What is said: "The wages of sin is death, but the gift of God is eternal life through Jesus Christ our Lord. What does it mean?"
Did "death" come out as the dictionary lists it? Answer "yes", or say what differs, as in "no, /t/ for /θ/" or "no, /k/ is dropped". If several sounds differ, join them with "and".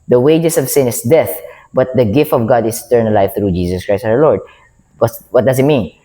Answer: yes